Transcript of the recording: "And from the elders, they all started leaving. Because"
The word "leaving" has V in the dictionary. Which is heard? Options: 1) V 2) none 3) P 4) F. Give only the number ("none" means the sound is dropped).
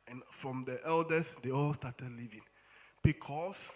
1